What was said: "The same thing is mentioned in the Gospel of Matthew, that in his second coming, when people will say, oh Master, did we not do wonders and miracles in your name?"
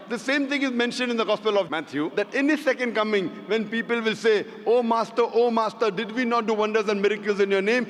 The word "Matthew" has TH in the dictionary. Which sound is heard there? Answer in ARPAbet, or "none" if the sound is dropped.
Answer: T